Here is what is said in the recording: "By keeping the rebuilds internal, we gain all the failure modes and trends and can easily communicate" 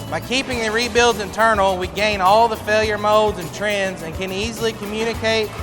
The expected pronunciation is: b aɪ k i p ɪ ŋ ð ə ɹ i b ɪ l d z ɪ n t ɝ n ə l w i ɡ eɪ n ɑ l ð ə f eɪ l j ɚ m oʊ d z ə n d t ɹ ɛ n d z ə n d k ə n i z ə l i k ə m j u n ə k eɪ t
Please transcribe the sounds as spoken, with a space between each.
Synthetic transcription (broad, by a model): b aɪ k i p ɪ ŋ ð ə ɹ i b ɪ l d z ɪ n t ɝ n l w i ɡ eɪ n ɑ l ð ə f eɪ l j ɚ m oʊ d z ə n t ɹ ɛ n d z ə n k ə n i z l i k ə m j u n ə k eɪ t